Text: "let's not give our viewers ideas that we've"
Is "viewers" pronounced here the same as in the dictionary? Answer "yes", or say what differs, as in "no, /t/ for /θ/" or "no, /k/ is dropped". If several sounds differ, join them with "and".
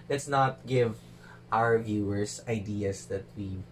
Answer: no, /s/ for /z/